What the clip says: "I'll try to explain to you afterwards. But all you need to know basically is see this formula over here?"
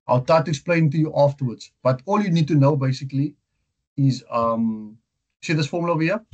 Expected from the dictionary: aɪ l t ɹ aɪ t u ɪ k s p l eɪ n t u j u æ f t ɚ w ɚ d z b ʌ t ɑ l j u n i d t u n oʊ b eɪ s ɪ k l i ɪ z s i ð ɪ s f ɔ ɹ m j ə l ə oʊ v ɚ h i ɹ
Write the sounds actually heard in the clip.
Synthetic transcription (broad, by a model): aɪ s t aɪ t u ɪ k s p l eɪ n t u j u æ f t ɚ w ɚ d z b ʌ t ɑ l j u n i d t u n oʊ b eɪ s ɪ k l i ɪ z s i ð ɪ s f ɔ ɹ m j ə l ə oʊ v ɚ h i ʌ